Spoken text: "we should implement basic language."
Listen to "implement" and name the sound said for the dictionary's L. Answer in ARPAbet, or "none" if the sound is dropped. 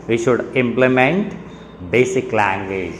L